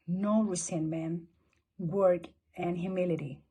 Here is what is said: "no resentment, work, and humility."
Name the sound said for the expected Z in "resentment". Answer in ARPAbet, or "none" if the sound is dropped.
S